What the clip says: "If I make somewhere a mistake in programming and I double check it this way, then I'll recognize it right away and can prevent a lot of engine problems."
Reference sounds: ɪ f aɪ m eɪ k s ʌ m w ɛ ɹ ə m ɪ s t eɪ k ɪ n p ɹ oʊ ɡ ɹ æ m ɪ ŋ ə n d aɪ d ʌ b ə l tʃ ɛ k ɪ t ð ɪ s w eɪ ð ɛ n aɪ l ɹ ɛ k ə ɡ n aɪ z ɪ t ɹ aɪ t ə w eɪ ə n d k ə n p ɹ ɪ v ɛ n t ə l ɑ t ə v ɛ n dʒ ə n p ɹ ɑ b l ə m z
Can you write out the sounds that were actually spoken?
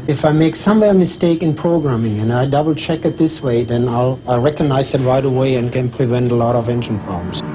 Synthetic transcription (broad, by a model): ɪ f aɪ m eɪ k s ʌ m w ɛ ɹ m ɪ s t eɪ k ɪ n p ɹ oʊ ɡ ɹ æ m ɪ ŋ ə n aɪ d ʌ b l tʃ ɛ k ɪ t ð ɪ s w eɪ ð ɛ n aɪ l ɹ ɛ k ə ɡ n aɪ z ɪ t ɹ aɪ t ə w eɪ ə n k ə n p ɹ ɪ v ɛ n t ə l ɑ t ə v ɛ n dʒ ə n p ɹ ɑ b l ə m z